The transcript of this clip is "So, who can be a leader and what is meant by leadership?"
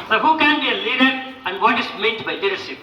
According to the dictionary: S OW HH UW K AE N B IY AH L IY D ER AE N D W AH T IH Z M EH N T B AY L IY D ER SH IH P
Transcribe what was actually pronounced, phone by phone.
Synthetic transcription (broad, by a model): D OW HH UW K AE N B IY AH L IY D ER AE N D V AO T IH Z M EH T B AY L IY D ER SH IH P